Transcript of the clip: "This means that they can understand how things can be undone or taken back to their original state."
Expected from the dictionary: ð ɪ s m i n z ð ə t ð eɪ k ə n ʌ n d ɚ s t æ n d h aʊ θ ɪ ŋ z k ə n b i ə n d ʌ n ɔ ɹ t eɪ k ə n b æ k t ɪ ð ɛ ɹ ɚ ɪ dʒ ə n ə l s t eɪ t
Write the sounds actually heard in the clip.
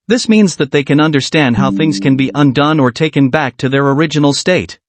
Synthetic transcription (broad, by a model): ð ɪ s m i n z ð ə t ð eɪ k ə n ʌ n d ɚ s t æ n d h aʊ θ ɪ ŋ z k ə n b i ə n d ʌ n ɔ ɹ t eɪ k ə n b æ k t ɪ ð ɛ ɹ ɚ ɪ dʒ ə n l s t eɪ t